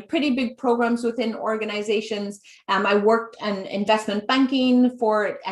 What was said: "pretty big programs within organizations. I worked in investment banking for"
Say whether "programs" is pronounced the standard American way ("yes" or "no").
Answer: yes